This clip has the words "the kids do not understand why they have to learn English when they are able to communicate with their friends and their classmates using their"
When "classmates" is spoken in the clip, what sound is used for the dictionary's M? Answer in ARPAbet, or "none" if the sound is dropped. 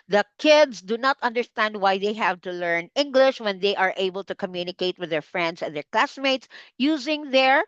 M